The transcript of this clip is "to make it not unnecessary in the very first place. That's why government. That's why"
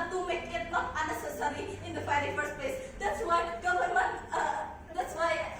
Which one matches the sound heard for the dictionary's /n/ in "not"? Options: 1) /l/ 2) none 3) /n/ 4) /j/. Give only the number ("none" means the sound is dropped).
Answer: 1